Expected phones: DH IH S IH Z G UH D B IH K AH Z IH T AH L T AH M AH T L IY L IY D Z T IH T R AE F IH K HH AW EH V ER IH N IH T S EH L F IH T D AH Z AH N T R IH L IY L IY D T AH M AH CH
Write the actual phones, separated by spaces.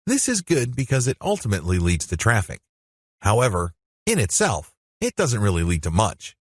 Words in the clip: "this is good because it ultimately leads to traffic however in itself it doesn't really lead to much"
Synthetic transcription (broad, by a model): DH IH S IH Z G UH D B IH K AH Z IH T AH L T AH M AH T L IY L IY D Z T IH T R AE F IH K HH AW EH V ER IH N IH T S EH L F IH T D AH Z AH N T R IH L IY L IY D T AH M AH CH